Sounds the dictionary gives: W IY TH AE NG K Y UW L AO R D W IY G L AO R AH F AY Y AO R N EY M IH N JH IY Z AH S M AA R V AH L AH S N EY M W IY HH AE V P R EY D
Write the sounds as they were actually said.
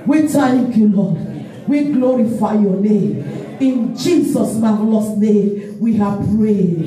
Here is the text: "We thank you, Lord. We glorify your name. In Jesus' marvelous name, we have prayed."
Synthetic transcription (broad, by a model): W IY T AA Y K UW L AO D W IY G L AO R AH F AY Y AO N EY M IH N JH IY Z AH S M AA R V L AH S N EY M W IY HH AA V P R EY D